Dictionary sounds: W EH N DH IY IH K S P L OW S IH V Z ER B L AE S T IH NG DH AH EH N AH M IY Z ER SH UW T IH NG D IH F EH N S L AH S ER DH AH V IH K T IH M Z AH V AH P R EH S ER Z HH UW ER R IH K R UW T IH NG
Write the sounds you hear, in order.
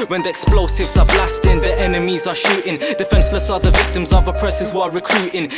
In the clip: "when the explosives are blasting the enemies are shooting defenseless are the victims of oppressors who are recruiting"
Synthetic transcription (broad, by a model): W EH N DH IY IH K S P L OW S IH V Z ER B L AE S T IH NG DH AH EH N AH M IY Z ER SH UW T IH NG D IH F EH N S L AH S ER DH AH V IH K T IH M Z AH V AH P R EH S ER Z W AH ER R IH K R UW T IH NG